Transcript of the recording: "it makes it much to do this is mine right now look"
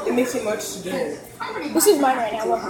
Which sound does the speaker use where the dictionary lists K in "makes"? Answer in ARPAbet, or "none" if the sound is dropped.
none